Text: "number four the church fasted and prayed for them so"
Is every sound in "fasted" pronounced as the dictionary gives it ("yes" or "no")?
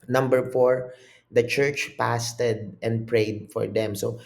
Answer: no